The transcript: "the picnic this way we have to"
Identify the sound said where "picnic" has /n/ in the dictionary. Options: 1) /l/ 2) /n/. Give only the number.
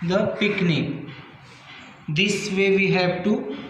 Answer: 2